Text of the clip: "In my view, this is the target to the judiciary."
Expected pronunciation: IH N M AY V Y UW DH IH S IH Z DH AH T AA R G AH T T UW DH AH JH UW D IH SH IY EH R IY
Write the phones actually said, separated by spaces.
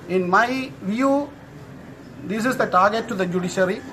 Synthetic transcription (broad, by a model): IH N M AY V Y UW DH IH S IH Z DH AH T AA R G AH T T UW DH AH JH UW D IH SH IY R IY